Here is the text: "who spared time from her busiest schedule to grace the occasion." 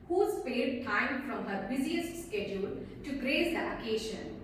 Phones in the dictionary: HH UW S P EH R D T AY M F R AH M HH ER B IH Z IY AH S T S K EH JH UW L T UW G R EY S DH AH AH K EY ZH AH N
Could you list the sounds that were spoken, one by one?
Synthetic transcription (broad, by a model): HH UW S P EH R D T AY M F R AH M HH ER B IH Z IY AH S T S K EH JH UW L T UW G R EY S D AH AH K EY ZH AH N